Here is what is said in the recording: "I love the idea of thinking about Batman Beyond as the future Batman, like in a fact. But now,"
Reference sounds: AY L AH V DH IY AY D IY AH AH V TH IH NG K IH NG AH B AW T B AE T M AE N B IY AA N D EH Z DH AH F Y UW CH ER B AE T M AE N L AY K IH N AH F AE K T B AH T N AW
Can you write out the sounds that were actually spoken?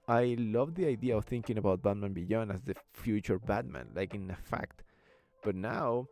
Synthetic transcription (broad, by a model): AY L AH V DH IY AY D IY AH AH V TH IH NG K IH NG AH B AW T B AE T M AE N B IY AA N AA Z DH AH F Y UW CH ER B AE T M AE N L AY K IH N AH F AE K T B AH T N AW